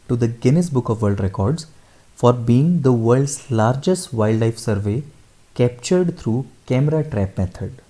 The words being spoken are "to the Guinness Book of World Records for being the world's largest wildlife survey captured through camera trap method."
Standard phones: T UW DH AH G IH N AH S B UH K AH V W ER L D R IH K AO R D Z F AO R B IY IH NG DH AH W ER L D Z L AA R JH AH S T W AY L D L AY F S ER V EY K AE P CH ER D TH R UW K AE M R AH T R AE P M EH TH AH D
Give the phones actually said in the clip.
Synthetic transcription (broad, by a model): T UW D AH G IH N AH S B UH K AH V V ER L D R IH K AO R D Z F AO R B IY IH NG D AH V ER L D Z L AA R JH AH S T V AY L D L AY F S ER V EY K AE P CH ER D T R UW K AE M R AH T R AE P M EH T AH D